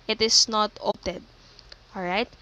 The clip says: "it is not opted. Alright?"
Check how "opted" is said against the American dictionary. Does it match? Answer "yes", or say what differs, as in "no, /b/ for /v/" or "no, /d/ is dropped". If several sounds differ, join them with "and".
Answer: no, /p/ is dropped